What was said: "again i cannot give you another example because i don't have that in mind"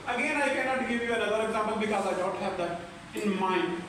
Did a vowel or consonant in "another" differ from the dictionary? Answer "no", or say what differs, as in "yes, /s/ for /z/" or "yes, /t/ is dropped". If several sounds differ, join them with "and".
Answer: yes, /l/ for /n/